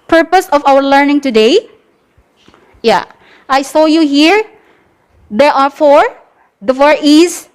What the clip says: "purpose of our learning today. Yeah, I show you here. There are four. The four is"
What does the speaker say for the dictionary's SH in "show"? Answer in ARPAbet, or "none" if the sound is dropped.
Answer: S